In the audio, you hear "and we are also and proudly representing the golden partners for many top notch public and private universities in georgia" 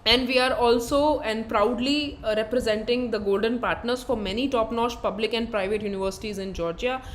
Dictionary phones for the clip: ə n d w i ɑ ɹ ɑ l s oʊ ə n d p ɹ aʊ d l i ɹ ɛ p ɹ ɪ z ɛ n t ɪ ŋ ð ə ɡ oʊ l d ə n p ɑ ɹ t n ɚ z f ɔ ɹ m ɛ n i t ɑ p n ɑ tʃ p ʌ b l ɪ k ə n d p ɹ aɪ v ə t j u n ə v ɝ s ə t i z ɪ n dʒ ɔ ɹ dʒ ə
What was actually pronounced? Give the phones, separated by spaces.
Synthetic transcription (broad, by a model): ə n d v i ɑ ɹ ɑ l s oʊ ə n d p ɹ aʊ d l i ɹ ɛ p ɹ ɪ z ɛ n t ɪ ŋ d ə ɡ oʊ l d ə n p ɑ ɹ t n ɚ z f ɔ ɹ m ɛ n i t ɑ p n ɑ ʃ p ʌ b l ɪ k ə n d p ɹ aɪ v ə t j u n ə v ɝ s ə t i z ɪ n dʒ ɔ ɹ dʒ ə